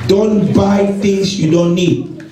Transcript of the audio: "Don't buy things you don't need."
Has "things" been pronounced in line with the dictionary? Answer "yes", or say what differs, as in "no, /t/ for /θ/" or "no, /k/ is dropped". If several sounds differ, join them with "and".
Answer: no, /t/ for /θ/ and /s/ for /z/